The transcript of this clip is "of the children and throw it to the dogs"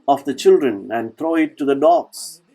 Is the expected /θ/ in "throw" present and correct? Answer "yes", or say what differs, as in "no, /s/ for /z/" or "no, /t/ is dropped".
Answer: no, /t/ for /θ/